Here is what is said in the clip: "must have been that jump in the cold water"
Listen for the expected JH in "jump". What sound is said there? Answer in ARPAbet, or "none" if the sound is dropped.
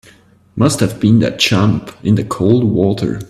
CH